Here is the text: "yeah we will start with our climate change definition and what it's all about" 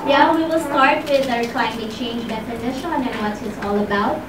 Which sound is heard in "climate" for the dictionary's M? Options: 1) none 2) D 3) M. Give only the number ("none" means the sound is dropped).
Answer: 1